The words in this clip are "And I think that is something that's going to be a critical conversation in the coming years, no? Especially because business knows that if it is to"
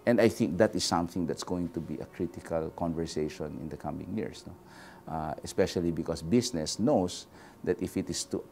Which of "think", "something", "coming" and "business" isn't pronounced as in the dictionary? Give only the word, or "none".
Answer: business